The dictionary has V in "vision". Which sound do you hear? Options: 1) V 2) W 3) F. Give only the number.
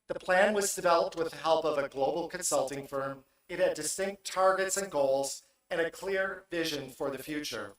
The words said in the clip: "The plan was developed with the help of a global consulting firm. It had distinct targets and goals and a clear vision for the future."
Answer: 1